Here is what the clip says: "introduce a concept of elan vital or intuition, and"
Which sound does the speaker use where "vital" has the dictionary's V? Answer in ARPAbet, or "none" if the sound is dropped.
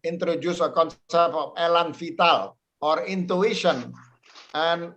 F